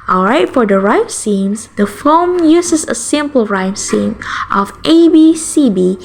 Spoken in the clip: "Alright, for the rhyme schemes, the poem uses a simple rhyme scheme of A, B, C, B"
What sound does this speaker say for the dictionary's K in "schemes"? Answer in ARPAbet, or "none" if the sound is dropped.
none